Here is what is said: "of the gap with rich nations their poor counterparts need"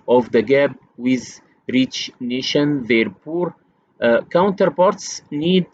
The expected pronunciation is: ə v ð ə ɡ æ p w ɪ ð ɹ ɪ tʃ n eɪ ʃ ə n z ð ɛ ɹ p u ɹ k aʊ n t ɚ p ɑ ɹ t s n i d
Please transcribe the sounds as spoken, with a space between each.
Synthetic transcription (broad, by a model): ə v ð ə ɡ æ b w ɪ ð ɹ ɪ tʃ n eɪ ʃ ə n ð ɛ ɹ p u ɹ k aʊ n t ɚ p ɑ ɹ t s n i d